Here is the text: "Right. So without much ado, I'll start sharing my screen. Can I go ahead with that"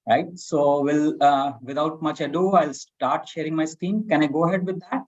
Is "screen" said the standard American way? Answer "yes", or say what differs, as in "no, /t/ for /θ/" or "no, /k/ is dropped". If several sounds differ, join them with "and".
no, /ɹ/ is dropped